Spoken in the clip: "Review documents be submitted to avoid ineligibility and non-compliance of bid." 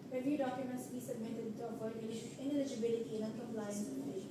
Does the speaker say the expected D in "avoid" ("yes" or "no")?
no